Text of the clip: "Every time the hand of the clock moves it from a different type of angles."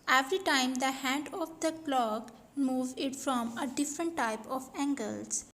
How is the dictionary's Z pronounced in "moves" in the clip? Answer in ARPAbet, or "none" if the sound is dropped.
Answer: none